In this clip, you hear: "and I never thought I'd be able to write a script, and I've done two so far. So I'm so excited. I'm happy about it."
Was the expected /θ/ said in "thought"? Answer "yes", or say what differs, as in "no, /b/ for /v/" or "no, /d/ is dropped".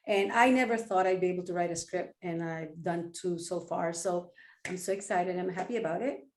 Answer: yes